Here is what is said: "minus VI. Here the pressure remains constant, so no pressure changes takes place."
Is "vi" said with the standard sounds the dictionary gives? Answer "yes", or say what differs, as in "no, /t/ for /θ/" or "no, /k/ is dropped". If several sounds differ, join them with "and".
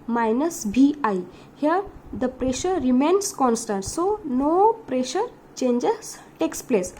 no, /b/ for /v/